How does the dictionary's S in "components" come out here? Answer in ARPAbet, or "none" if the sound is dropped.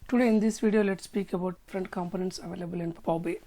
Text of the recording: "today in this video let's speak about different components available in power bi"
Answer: S